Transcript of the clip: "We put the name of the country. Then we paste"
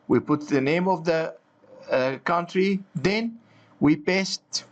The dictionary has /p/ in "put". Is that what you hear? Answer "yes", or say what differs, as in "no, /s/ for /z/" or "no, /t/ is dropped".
yes